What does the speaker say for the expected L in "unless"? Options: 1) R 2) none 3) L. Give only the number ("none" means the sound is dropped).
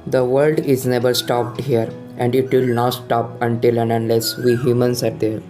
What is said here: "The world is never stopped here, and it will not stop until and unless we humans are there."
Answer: 3